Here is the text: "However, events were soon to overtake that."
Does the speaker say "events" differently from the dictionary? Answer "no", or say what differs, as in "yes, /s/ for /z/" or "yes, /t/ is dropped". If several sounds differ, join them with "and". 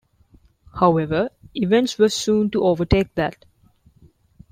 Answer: no